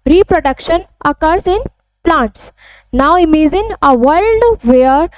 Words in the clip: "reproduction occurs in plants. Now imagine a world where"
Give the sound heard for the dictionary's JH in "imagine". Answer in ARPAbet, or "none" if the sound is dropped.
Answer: Z